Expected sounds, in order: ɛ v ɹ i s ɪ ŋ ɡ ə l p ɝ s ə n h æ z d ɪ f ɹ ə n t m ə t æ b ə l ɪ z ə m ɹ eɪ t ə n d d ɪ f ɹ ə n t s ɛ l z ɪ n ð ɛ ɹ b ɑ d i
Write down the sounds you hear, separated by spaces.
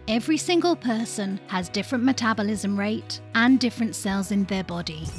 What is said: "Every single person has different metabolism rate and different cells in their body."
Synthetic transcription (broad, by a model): ɛ v ɹ i s ɪ ŋ ɡ ə l p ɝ s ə n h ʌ z d ɪ f ɹ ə n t m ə t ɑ b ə l ɪ z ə m ɹ eɪ t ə n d d ɪ f ɹ ə n t s ɛ l z ɪ n ð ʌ b ɑ d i